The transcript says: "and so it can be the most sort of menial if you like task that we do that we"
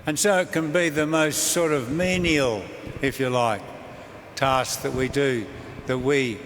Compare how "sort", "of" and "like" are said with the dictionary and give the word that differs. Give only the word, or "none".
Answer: none